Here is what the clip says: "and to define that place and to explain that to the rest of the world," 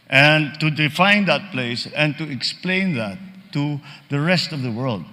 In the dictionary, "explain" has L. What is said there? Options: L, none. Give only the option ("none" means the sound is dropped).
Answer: L